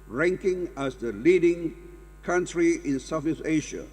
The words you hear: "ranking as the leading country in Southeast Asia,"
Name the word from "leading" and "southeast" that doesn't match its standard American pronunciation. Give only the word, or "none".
southeast